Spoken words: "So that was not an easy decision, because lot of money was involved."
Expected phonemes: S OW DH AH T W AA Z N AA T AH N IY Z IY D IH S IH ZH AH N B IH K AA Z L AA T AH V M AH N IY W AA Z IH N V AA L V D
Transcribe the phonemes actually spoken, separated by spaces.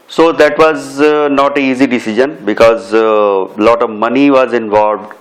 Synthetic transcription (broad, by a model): S OW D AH T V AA Z N AA T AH IY Z IY D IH S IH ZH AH N B IH K AA Z L AA T AH V M AH N IY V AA Z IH N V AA L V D